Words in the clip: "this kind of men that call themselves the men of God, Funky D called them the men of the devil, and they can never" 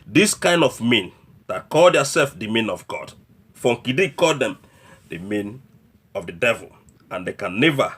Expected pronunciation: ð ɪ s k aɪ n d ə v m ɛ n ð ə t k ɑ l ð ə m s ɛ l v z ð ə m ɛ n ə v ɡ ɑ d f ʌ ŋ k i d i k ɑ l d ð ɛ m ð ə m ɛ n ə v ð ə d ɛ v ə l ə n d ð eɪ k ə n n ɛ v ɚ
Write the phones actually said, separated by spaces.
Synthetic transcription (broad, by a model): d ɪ s k aɪ n d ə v m ɛ n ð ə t k ɑ l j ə s ɛ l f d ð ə m ɛ n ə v ɡ ɑ d f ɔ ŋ k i d i k ɑ l d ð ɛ m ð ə m ɛ n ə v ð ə d ɛ v ə l ə n d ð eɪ k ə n n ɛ v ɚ